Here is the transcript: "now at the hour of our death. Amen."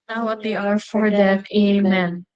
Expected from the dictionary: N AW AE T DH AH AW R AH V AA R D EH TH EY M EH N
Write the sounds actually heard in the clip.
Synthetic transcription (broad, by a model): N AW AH T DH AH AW R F AA R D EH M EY M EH N